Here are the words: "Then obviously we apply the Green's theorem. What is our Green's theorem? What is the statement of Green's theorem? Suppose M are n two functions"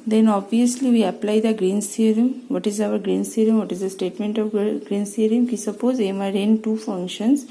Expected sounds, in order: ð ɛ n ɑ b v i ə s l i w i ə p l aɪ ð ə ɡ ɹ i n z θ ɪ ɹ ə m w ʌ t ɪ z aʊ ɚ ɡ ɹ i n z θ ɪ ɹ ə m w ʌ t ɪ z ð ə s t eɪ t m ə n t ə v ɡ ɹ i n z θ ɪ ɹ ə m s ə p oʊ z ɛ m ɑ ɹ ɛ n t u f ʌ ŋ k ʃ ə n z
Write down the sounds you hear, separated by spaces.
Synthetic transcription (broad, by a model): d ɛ n ɑ b v i ə s l i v i ə p l aɪ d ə ɡ ɹ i n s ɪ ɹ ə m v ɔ t ɪ z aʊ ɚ ɡ ɹ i n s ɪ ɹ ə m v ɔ t ɪ z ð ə s t eɪ t m ə n t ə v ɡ ɹ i n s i ɹ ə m s ə p oʊ z ɛ m ɑ ɹ ɛ n t u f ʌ ŋ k ʃ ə n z